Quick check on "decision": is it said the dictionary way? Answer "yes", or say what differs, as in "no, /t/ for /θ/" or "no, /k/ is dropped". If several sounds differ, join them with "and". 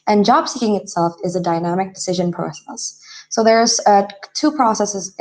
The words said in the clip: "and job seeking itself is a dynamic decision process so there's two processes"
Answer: yes